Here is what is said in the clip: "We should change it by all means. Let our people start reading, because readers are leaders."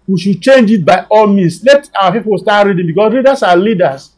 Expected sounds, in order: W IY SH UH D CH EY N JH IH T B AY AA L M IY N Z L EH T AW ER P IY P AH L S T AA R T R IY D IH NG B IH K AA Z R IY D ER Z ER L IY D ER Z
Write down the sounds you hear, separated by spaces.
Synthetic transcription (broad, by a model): W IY SH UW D CH EY N JH IH T B AY AA L M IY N S L EH T AW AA P IY P AH L S T AA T R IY D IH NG B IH K AA S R IY D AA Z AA L IY D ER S